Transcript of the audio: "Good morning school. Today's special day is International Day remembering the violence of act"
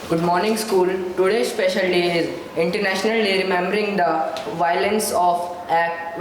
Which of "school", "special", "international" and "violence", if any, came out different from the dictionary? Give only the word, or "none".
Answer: none